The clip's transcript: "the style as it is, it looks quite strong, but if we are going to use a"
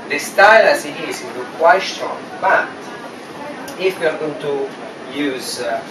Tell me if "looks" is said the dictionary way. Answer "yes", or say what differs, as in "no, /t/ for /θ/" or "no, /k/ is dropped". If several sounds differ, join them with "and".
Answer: no, /w/ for /l/